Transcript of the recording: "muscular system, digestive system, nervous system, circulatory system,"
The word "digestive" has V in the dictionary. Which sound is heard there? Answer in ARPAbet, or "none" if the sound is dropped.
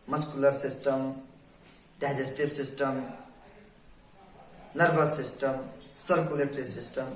B